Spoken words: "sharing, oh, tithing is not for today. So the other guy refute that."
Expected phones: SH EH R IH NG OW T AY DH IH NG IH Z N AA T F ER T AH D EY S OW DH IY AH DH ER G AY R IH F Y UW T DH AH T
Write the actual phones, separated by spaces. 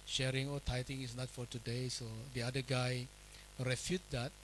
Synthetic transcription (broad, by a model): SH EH R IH NG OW T AY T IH NG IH S N AA T F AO T AH D EY S OW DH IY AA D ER G AY R IH F Y UW T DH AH T